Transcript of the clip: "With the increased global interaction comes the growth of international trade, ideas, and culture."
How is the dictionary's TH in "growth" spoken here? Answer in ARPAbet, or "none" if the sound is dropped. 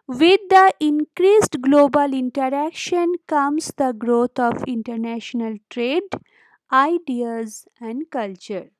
T